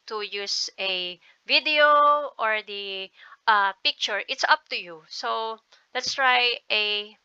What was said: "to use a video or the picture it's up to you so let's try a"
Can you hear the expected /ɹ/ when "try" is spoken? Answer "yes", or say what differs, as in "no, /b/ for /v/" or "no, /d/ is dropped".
yes